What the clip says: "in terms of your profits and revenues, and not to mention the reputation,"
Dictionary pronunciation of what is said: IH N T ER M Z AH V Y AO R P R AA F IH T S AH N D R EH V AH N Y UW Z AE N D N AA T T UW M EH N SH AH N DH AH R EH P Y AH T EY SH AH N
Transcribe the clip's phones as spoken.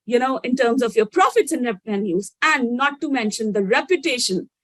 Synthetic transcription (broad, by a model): IH N T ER M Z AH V Y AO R P R AA F IH T S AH N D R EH P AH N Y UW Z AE N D N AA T T UW M EH N SH AH N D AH R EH P Y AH T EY SH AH N